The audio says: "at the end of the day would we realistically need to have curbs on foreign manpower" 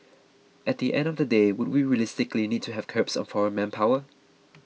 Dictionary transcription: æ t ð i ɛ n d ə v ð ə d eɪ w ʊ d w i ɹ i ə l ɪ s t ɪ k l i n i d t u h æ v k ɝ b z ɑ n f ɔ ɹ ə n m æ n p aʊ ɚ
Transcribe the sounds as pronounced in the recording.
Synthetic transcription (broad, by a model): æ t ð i ɛ n d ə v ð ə d eɪ w ʊ d w i ɹ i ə l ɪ s t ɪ k l i n i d t u h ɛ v k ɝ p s ɑ n f ɔ ɹ ə n m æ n p aʊ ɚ